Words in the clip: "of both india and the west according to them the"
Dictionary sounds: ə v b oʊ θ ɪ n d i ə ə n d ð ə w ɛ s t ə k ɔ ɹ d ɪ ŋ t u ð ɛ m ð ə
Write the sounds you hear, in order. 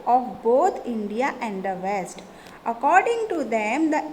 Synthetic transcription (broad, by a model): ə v b oʊ t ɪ n d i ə ə n d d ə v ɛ s t ə k ɔ ɹ d ɪ ŋ t u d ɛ m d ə